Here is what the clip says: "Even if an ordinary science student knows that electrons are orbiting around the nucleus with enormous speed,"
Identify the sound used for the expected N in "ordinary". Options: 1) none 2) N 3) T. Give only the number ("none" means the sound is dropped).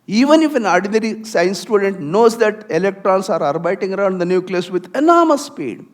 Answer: 2